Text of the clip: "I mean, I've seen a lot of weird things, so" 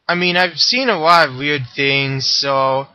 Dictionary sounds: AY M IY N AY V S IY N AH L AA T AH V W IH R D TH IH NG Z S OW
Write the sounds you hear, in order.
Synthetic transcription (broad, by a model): AY M IY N AY V S IY N AH L AA T AH V W IH R D TH IH NG Z S OW